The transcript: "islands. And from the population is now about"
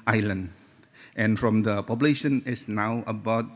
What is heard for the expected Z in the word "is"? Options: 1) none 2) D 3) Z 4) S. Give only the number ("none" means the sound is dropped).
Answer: 4